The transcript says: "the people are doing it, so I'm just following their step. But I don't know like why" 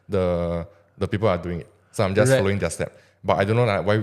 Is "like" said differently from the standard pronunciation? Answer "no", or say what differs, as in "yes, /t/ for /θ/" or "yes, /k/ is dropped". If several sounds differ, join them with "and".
yes, /n/ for /l/